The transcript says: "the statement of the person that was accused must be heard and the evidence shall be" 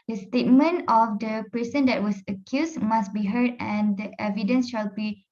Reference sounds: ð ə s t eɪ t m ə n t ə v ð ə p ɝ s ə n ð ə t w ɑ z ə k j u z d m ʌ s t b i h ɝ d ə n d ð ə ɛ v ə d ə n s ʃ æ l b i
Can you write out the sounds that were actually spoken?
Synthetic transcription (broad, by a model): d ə s t eɪ t m ə n t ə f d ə p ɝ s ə n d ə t w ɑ s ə k j u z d m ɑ s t b i h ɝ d ə n d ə ɛ v ə d ə n s ʃ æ l b i